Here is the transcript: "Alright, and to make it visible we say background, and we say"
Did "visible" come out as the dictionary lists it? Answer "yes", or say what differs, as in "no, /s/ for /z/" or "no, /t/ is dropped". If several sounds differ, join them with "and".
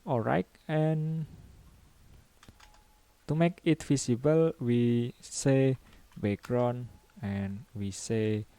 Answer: no, /f/ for /v/ and /s/ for /z/